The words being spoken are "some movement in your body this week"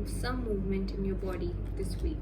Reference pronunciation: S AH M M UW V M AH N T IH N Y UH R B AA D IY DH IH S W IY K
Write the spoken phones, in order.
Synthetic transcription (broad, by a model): S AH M M UW V M AH N T IH N Y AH R B AA D IY DH IH S W IY K